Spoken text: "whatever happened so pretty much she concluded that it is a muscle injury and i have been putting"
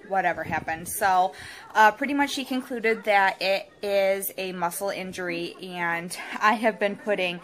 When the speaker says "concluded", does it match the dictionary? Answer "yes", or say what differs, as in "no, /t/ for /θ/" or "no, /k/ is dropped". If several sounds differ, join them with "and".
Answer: yes